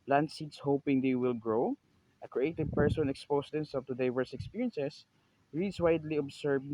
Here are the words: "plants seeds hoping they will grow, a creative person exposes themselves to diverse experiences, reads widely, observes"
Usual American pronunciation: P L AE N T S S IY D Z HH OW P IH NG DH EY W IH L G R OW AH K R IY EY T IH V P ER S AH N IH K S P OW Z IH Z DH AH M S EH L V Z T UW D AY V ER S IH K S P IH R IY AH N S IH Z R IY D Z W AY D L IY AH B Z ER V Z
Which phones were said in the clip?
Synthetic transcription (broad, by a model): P L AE N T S S IY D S HH OW P IH NG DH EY W IH L G R OW AH K R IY EY T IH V P ER S AH N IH K S P OW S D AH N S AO V T UW D AY V ER S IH K S P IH R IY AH N S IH S R IY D S W AY D L IY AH B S ER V